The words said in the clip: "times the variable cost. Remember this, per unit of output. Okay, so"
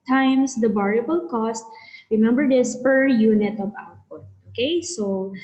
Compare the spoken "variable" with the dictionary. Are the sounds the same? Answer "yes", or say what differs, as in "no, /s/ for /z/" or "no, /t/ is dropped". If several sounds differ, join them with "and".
no, /b/ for /v/